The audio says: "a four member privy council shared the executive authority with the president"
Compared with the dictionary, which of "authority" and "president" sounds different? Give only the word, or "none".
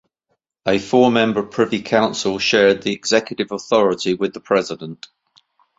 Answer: none